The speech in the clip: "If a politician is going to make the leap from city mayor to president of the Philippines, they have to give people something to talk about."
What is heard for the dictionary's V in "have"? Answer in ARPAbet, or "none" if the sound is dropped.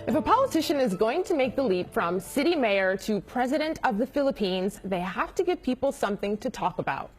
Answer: F